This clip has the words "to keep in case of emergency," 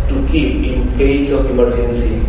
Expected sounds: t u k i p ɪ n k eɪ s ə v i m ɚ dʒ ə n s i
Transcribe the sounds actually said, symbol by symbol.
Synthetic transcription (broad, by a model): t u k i ɪ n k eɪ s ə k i m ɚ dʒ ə n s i